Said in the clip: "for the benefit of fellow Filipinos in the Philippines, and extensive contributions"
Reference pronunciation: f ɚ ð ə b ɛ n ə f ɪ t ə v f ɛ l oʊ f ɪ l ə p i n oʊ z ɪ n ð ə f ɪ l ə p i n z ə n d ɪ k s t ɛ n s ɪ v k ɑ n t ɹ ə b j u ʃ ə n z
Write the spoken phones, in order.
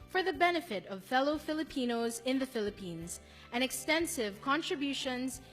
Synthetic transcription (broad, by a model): f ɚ ð ə b ɛ n ə f ɪ t ə v f ɛ l oʊ f ɪ l ə p i n oʊ z ɪ n ð ə f ɪ l ə p i n z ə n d ɪ k s t ɛ n s ɪ v k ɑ n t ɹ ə b j u ʃ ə n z